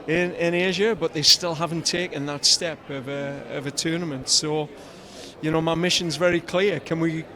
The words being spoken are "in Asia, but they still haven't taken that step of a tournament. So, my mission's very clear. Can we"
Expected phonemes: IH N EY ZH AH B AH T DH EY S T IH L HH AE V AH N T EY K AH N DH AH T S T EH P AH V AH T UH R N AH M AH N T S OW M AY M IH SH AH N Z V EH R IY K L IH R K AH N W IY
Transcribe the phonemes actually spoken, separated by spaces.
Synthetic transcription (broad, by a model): IH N EY ZH AH B AH T DH EY S T IH L HH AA V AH N T EY K AH N DH AH T S T EH P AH V AH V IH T N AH M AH N T S OW M AY M IH SH AH N Z V EH R IY K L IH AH K AH N W IY